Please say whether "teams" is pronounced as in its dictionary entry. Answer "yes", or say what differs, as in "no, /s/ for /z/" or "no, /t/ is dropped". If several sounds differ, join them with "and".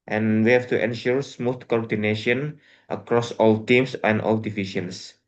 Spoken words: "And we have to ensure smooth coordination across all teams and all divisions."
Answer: no, /s/ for /z/